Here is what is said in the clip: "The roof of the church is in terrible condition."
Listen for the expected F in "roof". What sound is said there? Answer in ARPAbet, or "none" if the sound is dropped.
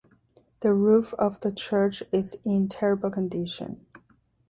F